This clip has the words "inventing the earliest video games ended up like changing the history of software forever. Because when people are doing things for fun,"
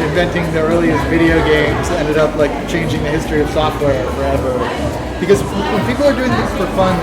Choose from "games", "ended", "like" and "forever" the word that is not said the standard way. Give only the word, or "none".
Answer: none